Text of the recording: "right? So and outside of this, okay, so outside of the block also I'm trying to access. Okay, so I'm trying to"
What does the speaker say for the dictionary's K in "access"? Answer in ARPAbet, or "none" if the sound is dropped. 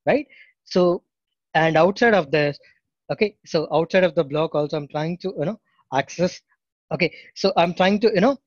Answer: K